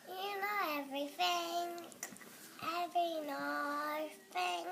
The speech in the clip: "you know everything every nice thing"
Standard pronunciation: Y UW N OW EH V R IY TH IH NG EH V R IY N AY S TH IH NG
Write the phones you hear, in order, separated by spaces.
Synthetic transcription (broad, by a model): Y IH N OW EH V R IY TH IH NG EH V R IY N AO TH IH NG